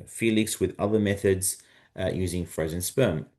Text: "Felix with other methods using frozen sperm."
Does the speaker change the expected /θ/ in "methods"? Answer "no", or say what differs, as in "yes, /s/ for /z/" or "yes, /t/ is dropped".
no